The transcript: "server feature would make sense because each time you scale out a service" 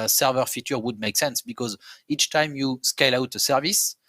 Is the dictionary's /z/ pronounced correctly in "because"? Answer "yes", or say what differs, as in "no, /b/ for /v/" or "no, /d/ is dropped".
yes